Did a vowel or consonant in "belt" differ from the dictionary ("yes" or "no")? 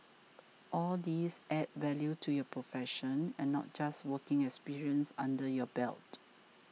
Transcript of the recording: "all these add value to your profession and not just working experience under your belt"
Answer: no